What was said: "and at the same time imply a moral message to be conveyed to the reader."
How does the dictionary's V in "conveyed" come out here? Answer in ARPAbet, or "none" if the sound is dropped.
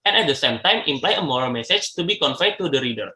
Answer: F